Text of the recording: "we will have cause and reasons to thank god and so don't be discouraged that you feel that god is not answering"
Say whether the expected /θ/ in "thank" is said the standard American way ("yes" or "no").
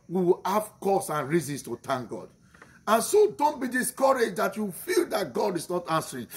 no